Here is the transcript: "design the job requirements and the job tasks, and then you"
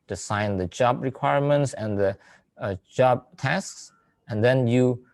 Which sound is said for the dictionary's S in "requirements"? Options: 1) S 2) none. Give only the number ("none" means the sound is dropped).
1